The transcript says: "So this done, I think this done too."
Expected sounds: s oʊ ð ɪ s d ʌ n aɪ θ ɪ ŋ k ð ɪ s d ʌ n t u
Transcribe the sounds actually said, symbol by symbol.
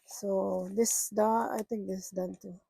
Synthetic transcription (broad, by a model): s oʊ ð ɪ s d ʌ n aɪ t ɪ ŋ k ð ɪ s d ʌ n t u